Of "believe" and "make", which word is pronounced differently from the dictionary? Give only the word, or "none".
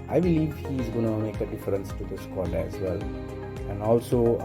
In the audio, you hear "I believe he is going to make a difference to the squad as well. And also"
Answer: none